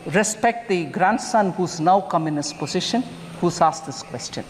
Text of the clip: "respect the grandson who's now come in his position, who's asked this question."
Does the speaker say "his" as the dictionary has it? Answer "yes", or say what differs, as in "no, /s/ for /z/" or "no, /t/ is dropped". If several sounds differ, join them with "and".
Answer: no, /s/ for /z/